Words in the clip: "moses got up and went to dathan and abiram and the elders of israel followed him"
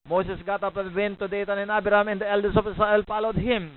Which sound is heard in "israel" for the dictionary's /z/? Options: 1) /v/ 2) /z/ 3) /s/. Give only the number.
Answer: 3